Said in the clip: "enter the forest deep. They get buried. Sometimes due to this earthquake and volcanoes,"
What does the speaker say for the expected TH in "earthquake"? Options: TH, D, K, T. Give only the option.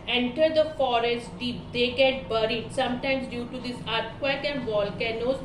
T